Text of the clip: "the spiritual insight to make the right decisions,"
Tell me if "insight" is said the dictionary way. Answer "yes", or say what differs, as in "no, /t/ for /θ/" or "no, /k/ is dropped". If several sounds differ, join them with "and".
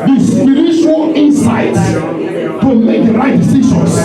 yes